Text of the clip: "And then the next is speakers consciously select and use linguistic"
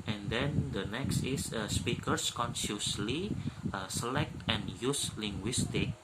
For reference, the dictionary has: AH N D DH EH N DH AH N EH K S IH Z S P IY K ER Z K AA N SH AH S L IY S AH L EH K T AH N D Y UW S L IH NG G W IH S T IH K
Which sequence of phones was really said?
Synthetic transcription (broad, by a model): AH N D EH N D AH N EH K S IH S S P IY K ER S K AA N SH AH S L IY S AH L EH K T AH N Y UW S L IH NG G W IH S T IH K